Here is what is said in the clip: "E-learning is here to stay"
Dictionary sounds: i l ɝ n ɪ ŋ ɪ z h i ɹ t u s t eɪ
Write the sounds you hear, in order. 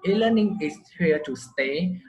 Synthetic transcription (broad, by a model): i l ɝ n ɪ ŋ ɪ s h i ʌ t u s t eɪ